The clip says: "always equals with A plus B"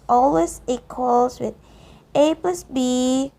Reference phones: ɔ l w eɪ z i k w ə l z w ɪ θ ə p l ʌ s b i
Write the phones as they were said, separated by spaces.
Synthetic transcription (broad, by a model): ɔ l w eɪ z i k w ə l s w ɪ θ ə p ʌ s b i